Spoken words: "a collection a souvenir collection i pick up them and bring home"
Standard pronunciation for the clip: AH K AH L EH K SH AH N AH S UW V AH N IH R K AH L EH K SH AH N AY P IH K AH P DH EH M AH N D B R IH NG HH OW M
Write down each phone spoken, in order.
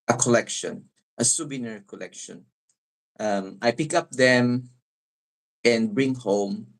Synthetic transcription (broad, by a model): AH K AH L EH K SH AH N AH S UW B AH N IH R K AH L EH K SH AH N AY P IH K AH P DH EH M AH N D B R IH NG HH OW M